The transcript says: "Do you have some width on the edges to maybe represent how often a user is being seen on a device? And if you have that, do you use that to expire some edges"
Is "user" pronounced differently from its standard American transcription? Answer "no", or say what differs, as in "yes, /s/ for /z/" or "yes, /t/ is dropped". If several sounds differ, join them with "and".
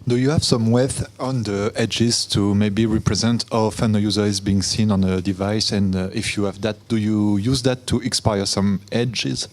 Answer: no